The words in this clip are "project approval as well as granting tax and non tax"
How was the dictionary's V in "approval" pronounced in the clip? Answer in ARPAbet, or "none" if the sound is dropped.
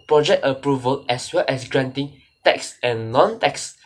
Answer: V